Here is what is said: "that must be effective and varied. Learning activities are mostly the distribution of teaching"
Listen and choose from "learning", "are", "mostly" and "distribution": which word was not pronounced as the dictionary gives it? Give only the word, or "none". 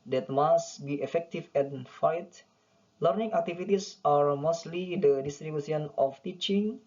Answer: distribution